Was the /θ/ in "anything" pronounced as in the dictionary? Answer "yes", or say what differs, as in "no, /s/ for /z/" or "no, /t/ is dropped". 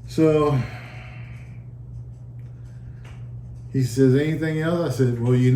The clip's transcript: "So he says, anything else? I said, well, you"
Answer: yes